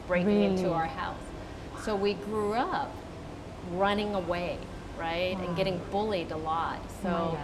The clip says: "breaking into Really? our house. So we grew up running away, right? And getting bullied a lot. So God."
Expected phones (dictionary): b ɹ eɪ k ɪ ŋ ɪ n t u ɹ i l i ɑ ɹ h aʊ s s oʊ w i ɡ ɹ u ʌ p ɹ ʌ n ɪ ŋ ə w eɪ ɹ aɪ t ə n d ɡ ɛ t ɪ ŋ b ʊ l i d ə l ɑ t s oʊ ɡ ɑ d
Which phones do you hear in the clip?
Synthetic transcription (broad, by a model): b ɹ eɪ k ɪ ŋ ɪ n t u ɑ i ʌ ɹ h aʊ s s oʊ w i ɡ ɹ u ʌ p ɹ ʌ n ɪ ŋ ə w eɪ ɹ aɪ t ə n ɡ ɛ t ɪ ŋ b ʊ l i d ə l ɑ t s oʊ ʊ